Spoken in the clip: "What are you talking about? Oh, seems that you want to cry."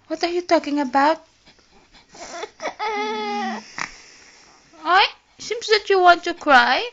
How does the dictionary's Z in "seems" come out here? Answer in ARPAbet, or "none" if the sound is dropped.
S